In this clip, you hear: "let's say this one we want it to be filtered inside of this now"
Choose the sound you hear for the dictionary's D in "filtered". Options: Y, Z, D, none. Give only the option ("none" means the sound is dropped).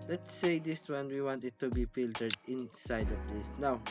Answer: D